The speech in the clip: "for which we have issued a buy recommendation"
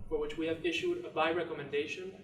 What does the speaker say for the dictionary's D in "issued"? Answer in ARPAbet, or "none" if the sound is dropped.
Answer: D